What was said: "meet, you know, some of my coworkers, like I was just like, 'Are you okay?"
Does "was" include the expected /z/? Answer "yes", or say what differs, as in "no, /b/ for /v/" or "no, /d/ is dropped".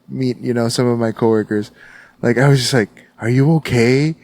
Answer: yes